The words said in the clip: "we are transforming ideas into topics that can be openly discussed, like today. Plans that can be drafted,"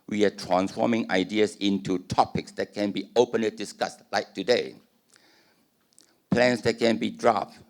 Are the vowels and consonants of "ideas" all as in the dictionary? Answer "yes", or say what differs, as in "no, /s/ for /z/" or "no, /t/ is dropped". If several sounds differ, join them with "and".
no, /s/ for /z/